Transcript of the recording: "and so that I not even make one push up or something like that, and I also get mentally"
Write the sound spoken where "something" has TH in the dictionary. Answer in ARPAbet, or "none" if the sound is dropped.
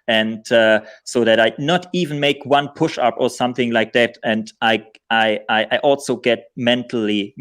TH